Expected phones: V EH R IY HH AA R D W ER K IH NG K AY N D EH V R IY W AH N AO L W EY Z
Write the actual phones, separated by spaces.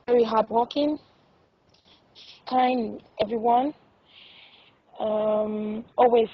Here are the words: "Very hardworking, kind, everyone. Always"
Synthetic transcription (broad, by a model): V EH R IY HH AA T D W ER K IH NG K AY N EH V R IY W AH N AO L W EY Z